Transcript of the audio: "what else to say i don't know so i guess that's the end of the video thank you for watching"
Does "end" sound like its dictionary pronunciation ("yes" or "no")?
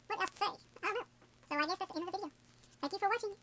no